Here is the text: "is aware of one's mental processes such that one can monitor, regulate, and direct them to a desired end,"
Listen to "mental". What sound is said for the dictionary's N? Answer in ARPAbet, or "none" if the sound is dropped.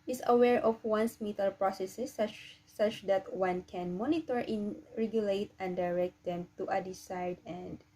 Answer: none